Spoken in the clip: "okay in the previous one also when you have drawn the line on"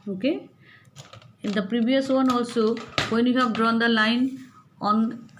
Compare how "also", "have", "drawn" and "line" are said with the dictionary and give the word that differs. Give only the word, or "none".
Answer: have